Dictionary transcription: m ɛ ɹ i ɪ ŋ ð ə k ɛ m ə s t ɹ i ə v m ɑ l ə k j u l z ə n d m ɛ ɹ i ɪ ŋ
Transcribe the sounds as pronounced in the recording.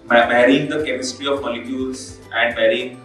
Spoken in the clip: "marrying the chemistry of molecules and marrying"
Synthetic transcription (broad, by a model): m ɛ ɹ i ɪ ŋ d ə k ɛ m ə s t ɹ i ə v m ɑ l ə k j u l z ə n d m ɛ ɹ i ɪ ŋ